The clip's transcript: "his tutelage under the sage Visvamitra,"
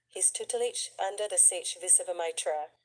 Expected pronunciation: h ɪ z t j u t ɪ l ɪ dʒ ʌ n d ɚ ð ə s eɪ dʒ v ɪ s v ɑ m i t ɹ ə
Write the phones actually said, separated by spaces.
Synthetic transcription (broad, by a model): h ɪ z t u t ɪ l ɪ tʃ ʌ n d ɚ ð ə s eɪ tʃ v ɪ s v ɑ m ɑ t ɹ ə